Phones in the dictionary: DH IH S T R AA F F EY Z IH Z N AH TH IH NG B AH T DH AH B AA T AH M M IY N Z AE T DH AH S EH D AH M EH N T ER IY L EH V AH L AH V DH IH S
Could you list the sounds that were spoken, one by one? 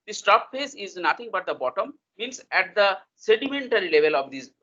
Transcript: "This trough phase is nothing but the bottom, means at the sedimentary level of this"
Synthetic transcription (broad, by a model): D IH S T AA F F EY S IH Z N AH T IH NG B AH T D AH B AA T AH M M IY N S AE T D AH S EH D AH M EH N T ER IY L EH V AH L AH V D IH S